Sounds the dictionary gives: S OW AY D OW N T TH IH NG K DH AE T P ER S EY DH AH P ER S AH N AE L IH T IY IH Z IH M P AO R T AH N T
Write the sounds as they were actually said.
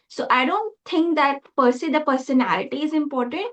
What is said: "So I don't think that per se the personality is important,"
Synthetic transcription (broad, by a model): S OW AY D OW N T T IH NG K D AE T P ER S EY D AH P ER S AH N AE L IH T IY IH Z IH M P AO R T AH N T